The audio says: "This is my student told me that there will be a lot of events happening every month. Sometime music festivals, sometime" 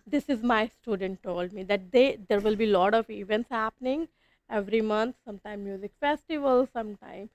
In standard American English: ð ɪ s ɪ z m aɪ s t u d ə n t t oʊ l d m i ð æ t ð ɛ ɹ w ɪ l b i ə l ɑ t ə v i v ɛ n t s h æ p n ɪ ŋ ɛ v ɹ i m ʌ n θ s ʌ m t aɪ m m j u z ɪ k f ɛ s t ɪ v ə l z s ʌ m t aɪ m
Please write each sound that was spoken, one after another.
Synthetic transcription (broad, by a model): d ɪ s ɪ z m aɪ s t u d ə n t t oʊ l d m i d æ t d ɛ ɹ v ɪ l b i l ɑ t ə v i v ɛ n t s h æ p n ɪ ŋ ɛ v ɹ i m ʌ n t s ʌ m t aɪ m m j u z ɪ k f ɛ s t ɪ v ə l s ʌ m t aɪ m